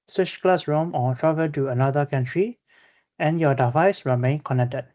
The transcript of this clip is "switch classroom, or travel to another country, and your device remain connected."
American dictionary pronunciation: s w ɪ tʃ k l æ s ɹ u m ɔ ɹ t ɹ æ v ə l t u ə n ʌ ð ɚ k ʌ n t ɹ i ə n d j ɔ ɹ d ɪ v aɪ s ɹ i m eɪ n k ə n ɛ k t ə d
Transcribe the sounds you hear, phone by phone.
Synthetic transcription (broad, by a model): s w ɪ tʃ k l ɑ s ɹ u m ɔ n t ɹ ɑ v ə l t u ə n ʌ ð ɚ k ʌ n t ɹ i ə n j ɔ d ɪ v aɪ s ɹ i m eɪ n k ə n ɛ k t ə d